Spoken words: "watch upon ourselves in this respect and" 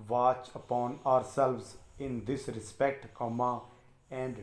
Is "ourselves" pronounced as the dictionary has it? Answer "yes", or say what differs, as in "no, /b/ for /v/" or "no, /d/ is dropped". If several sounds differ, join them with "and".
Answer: yes